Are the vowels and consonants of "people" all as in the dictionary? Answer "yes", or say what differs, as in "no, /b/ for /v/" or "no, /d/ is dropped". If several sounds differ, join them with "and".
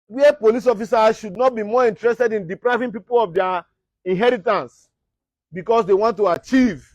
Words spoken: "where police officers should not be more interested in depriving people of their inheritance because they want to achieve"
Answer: yes